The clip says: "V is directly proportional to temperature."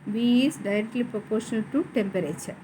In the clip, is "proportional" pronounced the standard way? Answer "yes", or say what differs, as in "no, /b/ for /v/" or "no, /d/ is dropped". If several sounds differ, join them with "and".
yes